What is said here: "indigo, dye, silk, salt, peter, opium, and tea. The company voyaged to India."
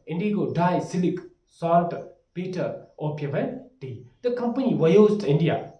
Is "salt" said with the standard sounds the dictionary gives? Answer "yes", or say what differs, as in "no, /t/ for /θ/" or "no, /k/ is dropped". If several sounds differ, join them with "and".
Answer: no, /l/ is dropped